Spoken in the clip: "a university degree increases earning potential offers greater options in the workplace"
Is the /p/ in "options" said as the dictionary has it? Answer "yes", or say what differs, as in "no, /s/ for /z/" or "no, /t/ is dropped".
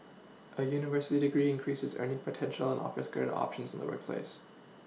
yes